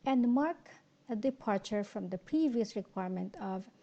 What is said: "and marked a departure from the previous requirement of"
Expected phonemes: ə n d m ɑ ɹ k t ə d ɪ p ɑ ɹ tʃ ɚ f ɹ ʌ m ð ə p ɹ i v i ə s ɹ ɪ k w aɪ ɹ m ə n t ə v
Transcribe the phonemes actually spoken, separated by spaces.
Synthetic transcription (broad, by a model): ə n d m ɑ ɹ k ə d ɪ p ɑ ɹ tʃ ɚ f ɹ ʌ m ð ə p ɹ i v i ə s ɹ ɪ k w aɪ ɹ m ə n t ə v